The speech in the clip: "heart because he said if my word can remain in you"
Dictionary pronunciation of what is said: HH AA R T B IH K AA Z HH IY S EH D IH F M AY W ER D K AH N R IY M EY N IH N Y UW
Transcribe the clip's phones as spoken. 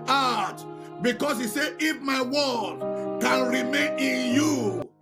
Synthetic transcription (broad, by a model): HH AA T B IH K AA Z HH IY S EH IH F M AY W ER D K AH N R IY M EY N IH N Y UW